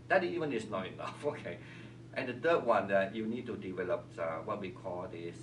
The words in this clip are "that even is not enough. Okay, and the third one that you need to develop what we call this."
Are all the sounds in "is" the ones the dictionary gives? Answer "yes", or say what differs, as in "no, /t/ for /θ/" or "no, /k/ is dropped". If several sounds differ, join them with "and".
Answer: no, /s/ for /z/